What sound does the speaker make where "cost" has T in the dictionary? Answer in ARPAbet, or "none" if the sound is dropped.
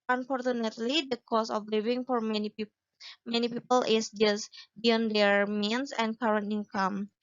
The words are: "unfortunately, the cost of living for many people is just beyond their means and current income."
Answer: none